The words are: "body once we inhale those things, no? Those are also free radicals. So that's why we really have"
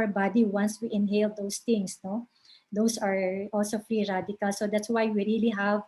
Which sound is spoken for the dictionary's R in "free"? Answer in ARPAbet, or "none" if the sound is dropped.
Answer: R